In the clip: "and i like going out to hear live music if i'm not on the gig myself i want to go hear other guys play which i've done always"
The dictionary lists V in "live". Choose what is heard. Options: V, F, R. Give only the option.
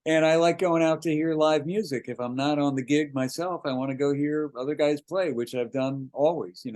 V